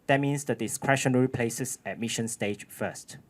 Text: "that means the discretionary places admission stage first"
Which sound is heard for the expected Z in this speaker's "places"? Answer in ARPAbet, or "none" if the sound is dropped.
S